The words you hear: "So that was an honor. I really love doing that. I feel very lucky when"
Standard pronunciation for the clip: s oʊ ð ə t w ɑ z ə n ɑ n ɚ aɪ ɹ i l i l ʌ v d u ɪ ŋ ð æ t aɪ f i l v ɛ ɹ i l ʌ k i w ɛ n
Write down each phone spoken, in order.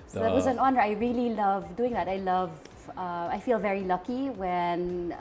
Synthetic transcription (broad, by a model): s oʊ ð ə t w ɑ z ə n ɑ n ɚ aɪ ɹ i l i l ʌ v d u ɪ ŋ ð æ t aɪ f i l v ɛ ɹ i l ʌ k i w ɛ n